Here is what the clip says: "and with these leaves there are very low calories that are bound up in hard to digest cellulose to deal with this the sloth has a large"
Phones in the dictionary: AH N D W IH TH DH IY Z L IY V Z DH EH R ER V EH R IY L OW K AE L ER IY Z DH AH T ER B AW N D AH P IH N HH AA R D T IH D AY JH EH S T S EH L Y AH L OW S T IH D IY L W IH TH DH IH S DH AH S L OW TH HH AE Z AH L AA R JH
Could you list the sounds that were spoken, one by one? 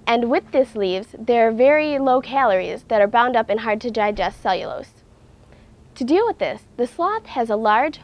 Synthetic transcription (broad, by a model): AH N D W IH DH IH S L IY V Z DH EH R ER V EH R IY L OW K AE L ER IY Z DH AH T ER B AW N D AH P IH N HH AA R D T IH D AY JH EH S T S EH L Y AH L OW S T IH D IY L W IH DH IH S DH AH S L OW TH HH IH Z AH L AA R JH